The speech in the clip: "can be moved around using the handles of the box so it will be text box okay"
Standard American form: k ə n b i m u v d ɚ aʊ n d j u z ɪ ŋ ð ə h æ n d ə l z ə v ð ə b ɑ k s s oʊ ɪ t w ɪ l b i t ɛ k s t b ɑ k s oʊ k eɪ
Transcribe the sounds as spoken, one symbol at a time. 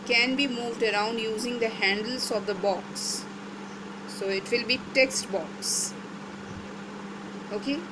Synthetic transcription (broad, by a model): k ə n b i m u v d ɚ aʊ n d j u z ɪ ŋ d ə h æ n d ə l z ə v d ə b ɑ k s s oʊ ɪ t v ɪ l b i t ɛ k s t b ɑ k s oʊ k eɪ